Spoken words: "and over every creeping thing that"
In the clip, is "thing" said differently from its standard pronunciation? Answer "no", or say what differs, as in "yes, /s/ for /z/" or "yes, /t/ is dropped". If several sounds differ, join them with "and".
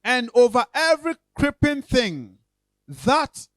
no